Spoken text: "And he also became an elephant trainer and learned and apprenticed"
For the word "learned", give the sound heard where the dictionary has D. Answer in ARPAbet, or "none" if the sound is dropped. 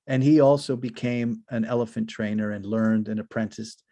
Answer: D